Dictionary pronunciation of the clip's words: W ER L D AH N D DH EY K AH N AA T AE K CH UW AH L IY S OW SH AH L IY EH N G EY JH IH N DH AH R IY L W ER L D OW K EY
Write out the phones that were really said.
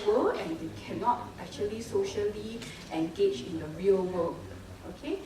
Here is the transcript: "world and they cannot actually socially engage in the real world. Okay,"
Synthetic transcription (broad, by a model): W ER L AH N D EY K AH N AA T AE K CH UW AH L IY S OW SH AH L IY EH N G EY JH IH N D AH R IY L W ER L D OW K EY